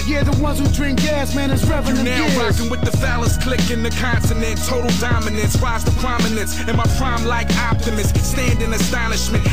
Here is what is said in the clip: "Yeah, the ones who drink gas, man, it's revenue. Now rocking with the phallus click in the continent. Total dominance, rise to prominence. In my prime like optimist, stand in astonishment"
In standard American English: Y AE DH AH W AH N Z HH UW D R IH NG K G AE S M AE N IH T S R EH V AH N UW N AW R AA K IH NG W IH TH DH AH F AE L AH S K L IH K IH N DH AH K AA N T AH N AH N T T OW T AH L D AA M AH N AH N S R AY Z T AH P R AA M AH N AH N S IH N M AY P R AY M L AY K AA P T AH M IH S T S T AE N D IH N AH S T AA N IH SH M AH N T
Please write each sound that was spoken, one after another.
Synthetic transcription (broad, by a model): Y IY DH AH W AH N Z HH UW D R IH NG K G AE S M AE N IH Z R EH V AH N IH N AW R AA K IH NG W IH DH AH F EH L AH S K L IH K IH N DH AH K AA N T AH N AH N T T OW T L D AA M AH N AH N S W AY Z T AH P R AA M AH N AH N S IH N M AY P R AY M L AY K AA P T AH M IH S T S T AE N D IH N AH S T AA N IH SH M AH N T